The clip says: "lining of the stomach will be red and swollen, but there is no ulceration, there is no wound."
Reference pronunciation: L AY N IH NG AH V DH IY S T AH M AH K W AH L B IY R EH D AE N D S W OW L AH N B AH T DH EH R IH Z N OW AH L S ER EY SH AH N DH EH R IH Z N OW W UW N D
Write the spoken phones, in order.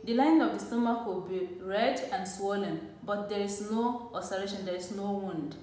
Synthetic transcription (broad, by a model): L AY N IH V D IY S T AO M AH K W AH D B IY R EH D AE N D S W OW L AH N B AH T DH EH R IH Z N OW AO S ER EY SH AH N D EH R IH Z N OW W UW N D